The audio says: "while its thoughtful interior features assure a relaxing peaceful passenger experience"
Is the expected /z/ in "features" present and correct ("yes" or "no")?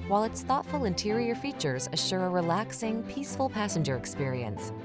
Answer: yes